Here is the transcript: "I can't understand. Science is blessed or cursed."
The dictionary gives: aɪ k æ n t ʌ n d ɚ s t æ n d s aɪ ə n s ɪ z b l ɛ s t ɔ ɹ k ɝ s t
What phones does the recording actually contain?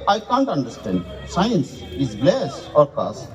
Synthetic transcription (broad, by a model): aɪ k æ n t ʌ n d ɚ s t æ n d s aɪ ə n s ɪ z l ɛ s ɔ ɹ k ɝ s